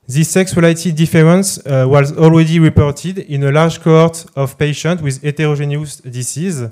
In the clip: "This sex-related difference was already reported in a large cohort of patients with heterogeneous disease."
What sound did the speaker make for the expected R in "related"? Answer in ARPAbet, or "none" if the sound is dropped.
W